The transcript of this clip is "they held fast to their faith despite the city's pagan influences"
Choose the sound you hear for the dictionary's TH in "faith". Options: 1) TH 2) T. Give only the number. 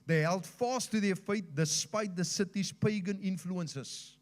2